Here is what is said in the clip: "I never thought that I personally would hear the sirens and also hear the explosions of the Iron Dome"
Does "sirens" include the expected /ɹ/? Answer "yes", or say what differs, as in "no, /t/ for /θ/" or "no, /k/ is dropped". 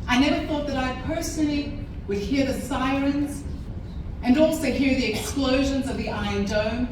yes